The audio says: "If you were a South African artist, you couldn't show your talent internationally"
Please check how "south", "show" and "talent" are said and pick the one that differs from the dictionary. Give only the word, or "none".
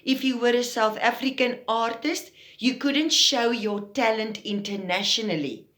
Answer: none